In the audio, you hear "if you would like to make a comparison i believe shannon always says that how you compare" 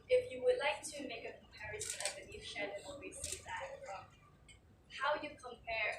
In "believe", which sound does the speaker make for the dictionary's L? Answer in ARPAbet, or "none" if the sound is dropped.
N